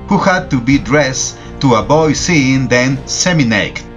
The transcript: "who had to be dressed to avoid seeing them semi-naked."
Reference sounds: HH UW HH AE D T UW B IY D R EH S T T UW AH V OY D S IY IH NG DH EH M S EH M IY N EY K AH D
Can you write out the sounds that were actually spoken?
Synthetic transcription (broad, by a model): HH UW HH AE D T UW B IY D R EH S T T UW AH B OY S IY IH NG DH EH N S EH M IY N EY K